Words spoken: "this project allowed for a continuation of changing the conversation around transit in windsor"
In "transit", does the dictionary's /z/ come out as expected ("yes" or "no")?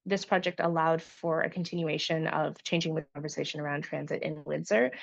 yes